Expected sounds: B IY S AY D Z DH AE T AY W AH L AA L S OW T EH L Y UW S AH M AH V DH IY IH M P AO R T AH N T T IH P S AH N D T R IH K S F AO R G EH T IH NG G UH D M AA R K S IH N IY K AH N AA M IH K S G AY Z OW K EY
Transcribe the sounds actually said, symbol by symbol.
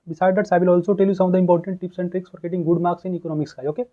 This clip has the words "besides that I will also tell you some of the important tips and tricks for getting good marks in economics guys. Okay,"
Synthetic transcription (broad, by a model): B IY S AY D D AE T AY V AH L AA L S OW T EH L Y UW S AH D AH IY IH M P AO R T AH N T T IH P S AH N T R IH K S F AO R G EH T IH NG G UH D M AA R K S IH N IY K AH N AA M IH K S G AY OW K EY